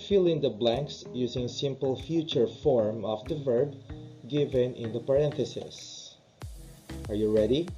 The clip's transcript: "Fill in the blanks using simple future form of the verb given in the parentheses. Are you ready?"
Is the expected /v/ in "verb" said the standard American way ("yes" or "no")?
yes